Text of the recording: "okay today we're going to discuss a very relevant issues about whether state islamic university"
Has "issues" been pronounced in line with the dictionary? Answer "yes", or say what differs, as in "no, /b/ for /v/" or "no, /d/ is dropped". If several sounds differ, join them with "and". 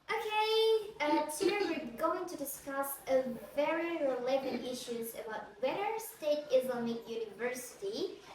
yes